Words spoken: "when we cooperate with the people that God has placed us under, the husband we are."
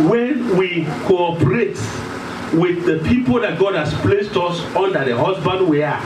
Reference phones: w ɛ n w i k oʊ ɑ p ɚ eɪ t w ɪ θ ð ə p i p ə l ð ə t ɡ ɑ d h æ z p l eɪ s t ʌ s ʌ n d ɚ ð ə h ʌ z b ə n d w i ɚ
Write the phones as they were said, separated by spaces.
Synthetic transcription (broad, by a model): w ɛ n w i k oʊ ɑ p ɚ eɪ t w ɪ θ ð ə p i p ə l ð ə t ɡ ɑ d h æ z p l eɪ s t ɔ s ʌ n d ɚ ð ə h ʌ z b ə n d w i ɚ